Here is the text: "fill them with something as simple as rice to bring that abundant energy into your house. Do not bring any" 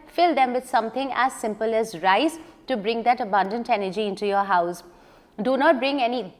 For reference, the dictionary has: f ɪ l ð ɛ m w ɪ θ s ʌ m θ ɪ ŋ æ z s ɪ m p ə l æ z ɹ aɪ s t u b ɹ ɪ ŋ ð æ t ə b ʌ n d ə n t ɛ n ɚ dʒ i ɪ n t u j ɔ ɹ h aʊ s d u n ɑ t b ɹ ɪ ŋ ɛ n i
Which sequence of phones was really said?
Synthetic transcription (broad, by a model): f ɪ l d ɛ m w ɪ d s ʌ m t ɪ ŋ æ z s ɪ m p ə l æ z ɹ aɪ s t u b ɹ ɪ ŋ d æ t ə b ʌ n d ə n t ɛ n ɚ dʒ i ɪ n t u j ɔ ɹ h aʊ s d u n ɑ t b ɹ ɪ ŋ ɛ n i